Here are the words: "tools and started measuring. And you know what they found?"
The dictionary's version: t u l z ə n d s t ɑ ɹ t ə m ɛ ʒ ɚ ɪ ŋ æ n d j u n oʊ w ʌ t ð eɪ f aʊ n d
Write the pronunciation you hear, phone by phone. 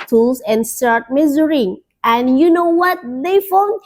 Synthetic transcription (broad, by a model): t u l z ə n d s t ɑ ɹ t m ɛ z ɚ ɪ ŋ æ n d j u n oʊ w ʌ t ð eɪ f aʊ n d